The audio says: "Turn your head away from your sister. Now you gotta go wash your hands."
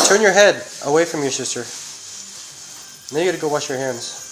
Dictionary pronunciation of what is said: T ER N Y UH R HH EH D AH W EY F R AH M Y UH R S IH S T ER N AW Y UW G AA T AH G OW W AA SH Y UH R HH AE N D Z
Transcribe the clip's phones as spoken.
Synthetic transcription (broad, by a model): T ER N Y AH R HH EH D AH W EY F R AH M Y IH S IH S T ER N AW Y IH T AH G OW W AA SH Y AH R HH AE N D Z